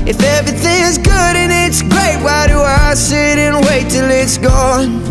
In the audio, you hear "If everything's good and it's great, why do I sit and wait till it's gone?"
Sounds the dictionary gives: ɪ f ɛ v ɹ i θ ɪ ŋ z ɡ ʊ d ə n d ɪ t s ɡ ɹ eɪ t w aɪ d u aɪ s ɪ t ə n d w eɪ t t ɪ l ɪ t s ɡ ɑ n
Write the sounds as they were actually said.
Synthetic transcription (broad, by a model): ɪ f ɛ v ɹ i θ ɪ ŋ z ɡ ʊ d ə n ɪ t s ɡ ɹ eɪ t w aɪ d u aɪ s ɪ t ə n w eɪ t t ɪ l ɪ t s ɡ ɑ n